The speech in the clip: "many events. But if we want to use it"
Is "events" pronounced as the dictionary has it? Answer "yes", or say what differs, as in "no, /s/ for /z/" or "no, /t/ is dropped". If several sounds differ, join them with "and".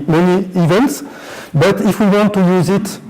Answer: yes